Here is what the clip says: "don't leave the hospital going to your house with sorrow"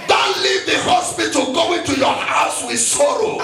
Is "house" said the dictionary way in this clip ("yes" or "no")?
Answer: yes